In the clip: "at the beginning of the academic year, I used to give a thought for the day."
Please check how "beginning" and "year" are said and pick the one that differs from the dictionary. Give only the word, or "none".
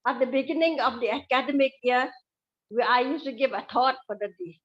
year